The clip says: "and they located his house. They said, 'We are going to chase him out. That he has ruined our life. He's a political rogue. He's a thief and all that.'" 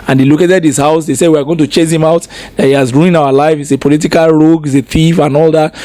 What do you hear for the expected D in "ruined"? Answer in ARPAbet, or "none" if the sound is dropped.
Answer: none